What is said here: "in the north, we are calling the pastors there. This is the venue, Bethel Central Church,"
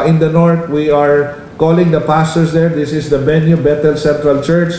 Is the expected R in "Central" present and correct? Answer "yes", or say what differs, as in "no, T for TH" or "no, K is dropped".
yes